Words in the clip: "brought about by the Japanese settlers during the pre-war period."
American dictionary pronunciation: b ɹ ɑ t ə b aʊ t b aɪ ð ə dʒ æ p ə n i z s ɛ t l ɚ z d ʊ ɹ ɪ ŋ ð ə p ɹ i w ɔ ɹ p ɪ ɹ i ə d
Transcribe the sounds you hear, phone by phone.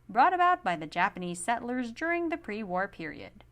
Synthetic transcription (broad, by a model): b ɹ ɑ t ə b aʊ t b aɪ ð ə dʒ æ p ə n i z s ɛ t l ɚ z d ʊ ɹ ɪ ŋ ð ə p ɹ i w ɔ ɹ p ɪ ɹ i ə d